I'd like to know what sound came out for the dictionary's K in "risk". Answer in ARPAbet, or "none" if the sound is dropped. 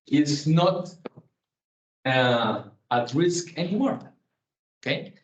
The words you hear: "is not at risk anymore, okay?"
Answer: K